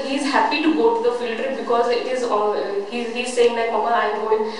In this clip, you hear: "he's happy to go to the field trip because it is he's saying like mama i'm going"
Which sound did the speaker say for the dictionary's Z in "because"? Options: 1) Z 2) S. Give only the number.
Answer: 1